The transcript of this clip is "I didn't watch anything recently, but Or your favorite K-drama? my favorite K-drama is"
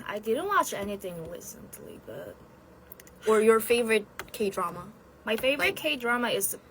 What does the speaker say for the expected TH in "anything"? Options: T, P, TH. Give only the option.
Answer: TH